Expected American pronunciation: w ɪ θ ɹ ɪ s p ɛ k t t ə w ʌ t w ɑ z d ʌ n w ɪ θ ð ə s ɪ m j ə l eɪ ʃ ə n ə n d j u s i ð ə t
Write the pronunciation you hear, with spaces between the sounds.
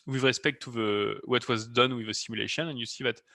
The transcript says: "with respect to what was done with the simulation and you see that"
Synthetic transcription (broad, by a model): w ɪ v ɹ ɪ s p ɛ k t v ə w ʌ t w ɑ z d ʌ n w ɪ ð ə s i m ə l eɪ ʃ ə n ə n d j u s i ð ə t